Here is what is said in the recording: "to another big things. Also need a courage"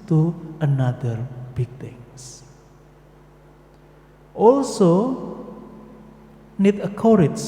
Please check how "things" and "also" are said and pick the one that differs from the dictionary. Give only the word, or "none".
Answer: things